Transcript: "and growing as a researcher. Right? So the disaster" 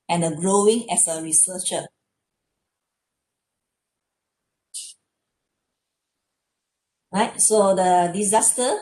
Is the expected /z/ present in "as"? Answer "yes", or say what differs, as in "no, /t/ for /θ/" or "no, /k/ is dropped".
no, /s/ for /z/